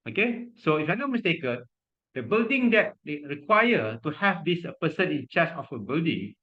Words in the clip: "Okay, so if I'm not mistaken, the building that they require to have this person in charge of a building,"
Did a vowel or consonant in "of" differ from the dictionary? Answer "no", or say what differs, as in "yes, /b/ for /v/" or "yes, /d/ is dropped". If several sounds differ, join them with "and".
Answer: yes, /f/ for /v/